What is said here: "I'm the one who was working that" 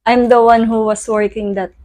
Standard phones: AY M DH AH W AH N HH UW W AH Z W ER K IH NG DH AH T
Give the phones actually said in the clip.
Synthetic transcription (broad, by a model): AY M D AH W AH N HH UW W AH S W ER K IH NG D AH T